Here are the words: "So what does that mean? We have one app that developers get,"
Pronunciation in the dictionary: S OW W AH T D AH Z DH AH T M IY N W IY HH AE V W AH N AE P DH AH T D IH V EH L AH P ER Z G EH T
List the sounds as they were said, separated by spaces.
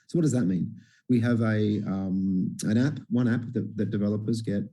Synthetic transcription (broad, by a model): S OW W AH T D AH Z DH AH T M IY N W IY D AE P W AH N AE P DH AH T D IH V EH L AH P ER Z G EH T